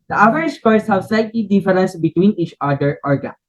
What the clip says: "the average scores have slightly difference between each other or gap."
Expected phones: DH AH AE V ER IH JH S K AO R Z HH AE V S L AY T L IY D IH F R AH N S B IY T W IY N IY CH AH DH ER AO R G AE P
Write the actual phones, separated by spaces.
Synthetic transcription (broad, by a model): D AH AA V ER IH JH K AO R S HH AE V S L AY T L IY D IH F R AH N S B IY T W IY N IY CH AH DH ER AO R G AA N